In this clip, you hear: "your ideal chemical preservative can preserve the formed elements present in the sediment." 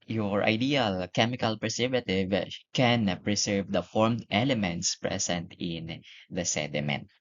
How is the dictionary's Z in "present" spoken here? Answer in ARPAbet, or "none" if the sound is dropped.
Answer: S